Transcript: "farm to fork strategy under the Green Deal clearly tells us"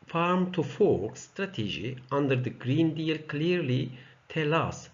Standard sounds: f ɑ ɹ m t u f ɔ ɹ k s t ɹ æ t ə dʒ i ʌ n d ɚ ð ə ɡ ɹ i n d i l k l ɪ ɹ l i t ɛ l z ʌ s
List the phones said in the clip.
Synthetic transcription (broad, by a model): f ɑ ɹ m t u f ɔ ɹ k s t ɹ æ t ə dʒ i ʌ n d ɚ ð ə ɡ ɹ i n d i l k l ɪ ɹ l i t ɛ l ʌ s